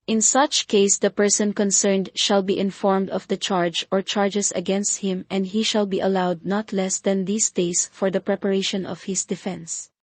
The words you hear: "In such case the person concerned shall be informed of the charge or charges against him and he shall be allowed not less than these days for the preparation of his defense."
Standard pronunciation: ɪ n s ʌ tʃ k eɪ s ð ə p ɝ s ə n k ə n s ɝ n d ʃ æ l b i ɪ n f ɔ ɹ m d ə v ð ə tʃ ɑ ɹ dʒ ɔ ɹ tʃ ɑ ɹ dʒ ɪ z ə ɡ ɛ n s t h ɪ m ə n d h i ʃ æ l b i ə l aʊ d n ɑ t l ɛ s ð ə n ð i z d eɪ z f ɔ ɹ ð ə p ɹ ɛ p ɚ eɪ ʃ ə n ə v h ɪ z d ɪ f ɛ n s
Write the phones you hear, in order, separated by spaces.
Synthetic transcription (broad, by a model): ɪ n s ʌ tʃ k eɪ s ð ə p ɝ s ə n k ə n s ɝ n d ʃ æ l b i ɪ n f ɔ ɹ m d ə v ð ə tʃ ɑ ɹ dʒ ɔ ɹ tʃ ɑ ɹ dʒ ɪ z ə ɡ ɛ n s t h ɪ m ə n d h i ʃ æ l b i ə l aʊ d n ɑ t l ɛ s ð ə n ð i s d eɪ s f ɔ ɹ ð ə p ɹ ɛ p ɚ eɪ ʃ ə n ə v h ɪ s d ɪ f ɛ n s